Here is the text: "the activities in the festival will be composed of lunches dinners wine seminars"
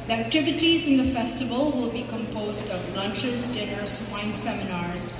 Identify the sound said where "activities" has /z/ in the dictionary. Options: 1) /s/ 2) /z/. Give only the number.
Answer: 2